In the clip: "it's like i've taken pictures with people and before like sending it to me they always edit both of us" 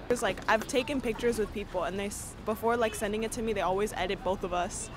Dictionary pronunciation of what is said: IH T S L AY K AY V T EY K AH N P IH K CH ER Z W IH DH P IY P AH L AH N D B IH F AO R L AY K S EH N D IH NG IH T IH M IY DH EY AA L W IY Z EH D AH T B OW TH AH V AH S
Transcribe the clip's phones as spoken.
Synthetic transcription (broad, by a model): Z L AY K AY V T EY K AH N P IH K CH ER Z W IH DH P IY P L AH N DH B IH F AO R L AY K S EH N D IH NG IH T IH M IY DH EY AA L W IY Z EH D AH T B OW TH AH V AH S